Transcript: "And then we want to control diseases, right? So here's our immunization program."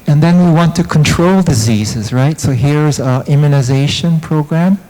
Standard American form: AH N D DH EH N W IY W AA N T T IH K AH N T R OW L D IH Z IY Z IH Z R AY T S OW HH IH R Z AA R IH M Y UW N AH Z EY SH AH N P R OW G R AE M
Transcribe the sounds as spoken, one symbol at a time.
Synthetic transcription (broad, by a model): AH N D DH EH N W IY W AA N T T IH K AH N T R OW L D IH Z IY Z IH Z R AY T S OW HH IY R Z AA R IH M Y UW N AH Z EY SH AH N P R OW G R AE M